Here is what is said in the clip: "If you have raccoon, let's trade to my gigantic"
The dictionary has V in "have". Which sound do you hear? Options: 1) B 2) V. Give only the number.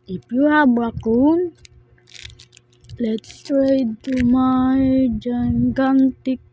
1